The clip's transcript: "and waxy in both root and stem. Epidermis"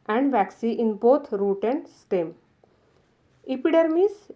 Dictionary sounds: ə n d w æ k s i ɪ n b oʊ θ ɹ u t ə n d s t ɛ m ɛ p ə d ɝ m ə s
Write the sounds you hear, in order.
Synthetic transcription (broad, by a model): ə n d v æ k s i ɪ n b oʊ t ɹ u t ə n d s t ɛ m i p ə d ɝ m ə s